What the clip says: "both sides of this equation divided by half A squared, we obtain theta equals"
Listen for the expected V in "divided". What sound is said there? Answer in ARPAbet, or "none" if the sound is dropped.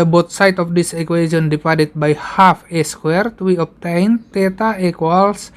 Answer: P